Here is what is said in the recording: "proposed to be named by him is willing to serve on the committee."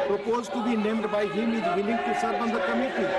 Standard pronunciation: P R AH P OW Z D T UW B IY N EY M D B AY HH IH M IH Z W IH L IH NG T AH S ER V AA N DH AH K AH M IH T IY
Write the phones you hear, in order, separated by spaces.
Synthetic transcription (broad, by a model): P R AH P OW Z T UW B IY N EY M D B AY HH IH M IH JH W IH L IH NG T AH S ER B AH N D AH K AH M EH T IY